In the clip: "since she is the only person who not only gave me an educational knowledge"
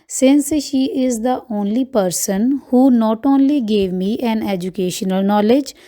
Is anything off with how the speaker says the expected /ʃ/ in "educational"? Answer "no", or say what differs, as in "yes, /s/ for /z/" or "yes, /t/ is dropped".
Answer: no